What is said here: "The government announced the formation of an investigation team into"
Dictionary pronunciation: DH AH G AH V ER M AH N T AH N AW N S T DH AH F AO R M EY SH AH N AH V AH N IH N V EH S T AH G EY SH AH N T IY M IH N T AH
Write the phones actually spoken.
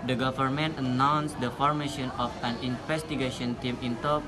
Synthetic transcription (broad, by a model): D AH G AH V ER M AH N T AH N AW N S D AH F AO R M EY SH AH N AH F AH N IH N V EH S T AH G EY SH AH N T IY M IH N T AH